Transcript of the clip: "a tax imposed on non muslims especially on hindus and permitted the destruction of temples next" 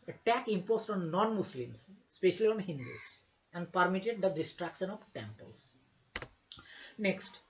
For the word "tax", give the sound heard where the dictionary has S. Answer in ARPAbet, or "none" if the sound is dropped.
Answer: none